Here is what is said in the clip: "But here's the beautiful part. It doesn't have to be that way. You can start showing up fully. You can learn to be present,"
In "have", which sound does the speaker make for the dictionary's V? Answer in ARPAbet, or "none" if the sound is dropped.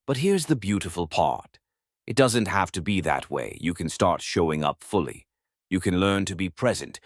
F